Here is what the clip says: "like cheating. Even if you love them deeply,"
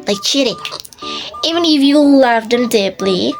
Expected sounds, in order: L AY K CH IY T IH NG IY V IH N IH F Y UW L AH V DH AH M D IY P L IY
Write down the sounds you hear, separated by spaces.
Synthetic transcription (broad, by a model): L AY K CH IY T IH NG IY V IH N IH F Y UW L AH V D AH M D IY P L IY